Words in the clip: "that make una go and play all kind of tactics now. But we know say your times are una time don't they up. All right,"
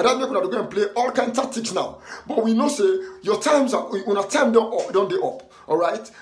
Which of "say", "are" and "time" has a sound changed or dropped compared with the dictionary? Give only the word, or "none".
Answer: are